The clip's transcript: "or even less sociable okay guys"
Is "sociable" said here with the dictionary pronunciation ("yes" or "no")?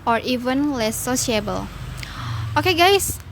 no